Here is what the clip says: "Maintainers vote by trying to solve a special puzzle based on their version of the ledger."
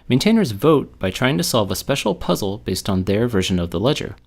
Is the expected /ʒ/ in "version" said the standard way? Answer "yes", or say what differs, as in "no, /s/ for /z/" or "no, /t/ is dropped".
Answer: yes